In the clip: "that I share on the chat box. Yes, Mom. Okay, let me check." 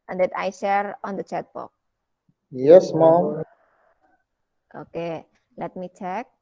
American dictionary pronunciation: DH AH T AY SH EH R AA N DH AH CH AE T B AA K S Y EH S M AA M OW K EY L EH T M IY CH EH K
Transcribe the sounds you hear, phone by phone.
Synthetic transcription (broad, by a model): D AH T AY SH EH R AA N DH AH CH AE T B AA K Y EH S M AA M OW K EY L EH T M IY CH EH K